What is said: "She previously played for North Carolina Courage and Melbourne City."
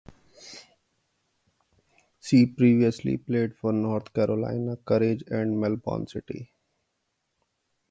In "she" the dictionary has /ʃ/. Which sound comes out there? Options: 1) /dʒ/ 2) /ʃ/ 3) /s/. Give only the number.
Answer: 3